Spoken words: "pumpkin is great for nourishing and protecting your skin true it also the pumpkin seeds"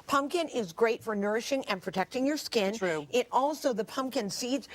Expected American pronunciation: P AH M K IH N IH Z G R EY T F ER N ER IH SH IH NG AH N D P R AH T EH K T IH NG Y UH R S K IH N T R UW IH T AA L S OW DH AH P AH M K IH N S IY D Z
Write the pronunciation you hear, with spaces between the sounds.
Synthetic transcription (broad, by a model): P AH M K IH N IH Z G R EY T F ER N ER IH SH IH NG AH N P R AH T EH K T IH NG Y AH R S K IH N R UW IH T AA L S OW DH AH P AH M K IH N S IY D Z